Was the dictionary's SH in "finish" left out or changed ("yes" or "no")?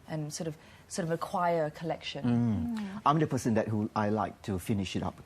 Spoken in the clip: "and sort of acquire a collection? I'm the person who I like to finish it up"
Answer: no